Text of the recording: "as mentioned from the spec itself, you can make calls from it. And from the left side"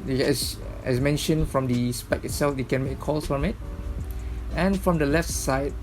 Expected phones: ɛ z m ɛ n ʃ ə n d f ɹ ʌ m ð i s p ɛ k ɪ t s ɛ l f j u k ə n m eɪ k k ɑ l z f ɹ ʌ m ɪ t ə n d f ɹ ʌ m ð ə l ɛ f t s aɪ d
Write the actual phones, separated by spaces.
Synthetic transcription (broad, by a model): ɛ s m ɛ n ʃ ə n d f ɹ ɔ m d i s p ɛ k ɪ t s ɛ l f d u k ə n m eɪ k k ɑ l s f ɹ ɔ m ɪ t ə n f ɹ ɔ m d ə l ɛ f t s aɪ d